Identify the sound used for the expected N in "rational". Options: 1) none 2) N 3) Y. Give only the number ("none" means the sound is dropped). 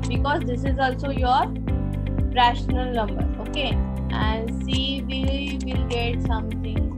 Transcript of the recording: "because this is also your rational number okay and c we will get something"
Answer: 2